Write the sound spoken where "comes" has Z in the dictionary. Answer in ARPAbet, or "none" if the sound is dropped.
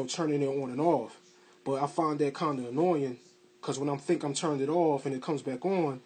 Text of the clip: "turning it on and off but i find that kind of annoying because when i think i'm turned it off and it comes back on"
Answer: Z